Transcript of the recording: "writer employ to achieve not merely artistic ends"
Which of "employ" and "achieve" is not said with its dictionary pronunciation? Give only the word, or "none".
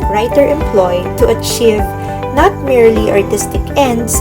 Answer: none